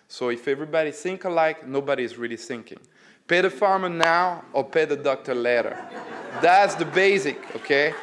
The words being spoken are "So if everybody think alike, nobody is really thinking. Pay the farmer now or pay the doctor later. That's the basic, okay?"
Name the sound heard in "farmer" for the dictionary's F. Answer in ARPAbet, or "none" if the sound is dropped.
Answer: F